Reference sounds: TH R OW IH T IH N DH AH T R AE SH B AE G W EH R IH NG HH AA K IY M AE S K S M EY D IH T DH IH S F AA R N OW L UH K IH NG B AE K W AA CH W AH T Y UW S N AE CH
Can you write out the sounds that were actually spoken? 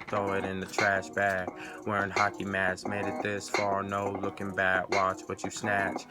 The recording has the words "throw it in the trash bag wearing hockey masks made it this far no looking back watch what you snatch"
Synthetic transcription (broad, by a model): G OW IH T IH N DH AH T R AE SH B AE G W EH R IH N HH AA K IY M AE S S M EY D IH T DH IH S F AA R N OW L UH K IH NG B AE K W AA CH W AH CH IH S N AE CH